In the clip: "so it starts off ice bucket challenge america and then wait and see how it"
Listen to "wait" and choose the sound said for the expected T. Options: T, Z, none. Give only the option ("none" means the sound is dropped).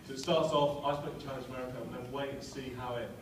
none